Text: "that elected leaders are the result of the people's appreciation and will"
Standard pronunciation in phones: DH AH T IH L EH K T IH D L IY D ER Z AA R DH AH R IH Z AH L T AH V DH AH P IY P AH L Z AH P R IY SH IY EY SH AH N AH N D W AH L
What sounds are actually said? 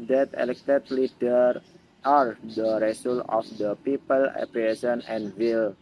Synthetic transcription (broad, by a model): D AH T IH L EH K T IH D L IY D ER AA R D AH R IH S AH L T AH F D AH P IY P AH L AH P R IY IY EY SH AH N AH N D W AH L